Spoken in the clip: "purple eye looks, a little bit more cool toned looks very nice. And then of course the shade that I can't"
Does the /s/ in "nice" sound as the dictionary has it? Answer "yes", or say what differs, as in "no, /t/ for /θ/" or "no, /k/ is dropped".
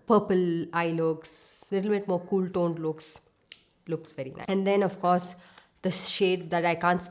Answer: no, /s/ is dropped